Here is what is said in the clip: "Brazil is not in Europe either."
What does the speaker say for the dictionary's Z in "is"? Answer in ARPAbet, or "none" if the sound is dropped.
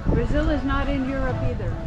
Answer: Z